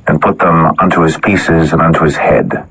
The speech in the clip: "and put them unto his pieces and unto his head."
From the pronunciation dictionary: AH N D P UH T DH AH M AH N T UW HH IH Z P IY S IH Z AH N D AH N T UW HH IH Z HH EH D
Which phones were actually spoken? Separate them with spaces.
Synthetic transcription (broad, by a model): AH N P UH T DH AH M AH N T UW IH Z P IY S IH Z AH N AH N T UW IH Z HH EH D